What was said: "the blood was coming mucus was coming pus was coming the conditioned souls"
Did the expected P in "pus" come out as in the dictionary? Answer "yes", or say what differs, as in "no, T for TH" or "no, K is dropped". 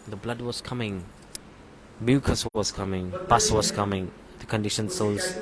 no, B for P